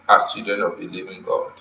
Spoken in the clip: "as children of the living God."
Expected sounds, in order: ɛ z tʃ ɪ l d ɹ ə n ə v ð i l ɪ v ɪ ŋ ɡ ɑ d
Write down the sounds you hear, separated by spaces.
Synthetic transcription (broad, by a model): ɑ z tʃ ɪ d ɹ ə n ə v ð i l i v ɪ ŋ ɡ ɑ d